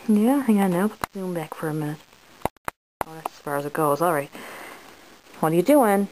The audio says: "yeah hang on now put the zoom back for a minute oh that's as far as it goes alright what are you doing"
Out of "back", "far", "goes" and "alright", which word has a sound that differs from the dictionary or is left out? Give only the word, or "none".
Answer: none